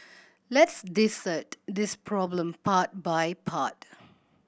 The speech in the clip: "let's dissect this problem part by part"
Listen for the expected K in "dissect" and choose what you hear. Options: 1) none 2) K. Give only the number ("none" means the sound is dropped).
1